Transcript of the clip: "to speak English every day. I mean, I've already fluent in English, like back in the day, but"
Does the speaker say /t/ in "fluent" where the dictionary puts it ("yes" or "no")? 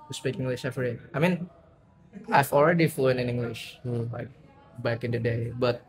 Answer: no